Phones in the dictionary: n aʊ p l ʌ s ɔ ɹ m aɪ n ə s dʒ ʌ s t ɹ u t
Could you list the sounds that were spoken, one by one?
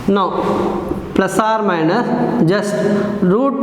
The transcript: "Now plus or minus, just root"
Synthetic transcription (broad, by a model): n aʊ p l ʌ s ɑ ɹ m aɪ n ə dʒ ʌ s t ɹ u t